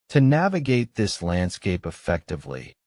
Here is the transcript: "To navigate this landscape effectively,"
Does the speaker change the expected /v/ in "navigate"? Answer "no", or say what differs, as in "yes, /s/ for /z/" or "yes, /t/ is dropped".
no